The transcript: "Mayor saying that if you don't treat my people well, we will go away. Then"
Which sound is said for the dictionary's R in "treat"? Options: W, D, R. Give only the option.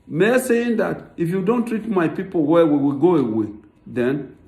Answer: R